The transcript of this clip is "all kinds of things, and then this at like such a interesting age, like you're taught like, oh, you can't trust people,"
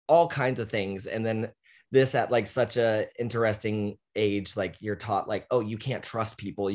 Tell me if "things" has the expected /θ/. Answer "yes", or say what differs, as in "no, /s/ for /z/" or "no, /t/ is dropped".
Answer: yes